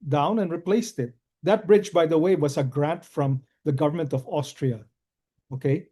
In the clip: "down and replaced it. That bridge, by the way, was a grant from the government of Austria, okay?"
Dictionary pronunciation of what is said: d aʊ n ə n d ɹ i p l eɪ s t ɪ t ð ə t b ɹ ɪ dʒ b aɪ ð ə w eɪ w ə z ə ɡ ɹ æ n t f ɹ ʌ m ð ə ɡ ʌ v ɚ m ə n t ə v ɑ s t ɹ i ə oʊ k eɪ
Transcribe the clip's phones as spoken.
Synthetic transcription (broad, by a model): d aʊ n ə n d ɹ i p l eɪ s t ɪ t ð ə t b ɹ ɪ dʒ b aɪ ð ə w eɪ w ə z ə ɡ ɹ æ n t f ɹ ʌ m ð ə ɡ ʌ v ɚ m ə n t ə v ɑ s t ɹ i ə oʊ k eɪ